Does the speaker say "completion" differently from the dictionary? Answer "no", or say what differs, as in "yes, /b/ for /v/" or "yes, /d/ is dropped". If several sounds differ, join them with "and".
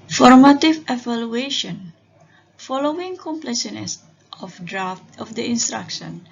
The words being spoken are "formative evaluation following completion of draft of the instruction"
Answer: yes, /s/ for /ʃ/